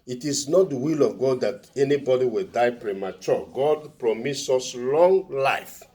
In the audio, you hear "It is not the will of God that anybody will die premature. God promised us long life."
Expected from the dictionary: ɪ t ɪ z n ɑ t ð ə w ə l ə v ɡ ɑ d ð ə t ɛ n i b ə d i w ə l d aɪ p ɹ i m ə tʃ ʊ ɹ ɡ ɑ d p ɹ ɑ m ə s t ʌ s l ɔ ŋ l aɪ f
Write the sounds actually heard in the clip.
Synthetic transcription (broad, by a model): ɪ t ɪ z n ɑ t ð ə w ə l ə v ɡ ɑ d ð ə t ɛ n i b ə d i w ə l d aɪ p ɹ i m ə tʃ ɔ ɡ ɑ d p ɹ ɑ m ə s ɔ s l ɔ ŋ l aɪ f